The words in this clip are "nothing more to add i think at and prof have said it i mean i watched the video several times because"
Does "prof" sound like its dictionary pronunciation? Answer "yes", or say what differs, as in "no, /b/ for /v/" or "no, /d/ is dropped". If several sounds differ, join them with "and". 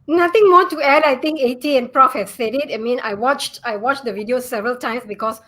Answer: yes